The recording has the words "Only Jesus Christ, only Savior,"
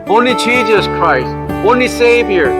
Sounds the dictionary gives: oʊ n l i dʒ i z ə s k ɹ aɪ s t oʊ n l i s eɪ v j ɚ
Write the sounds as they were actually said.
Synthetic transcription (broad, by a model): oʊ n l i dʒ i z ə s k ɹ aɪ s t oʊ n l i s eɪ v j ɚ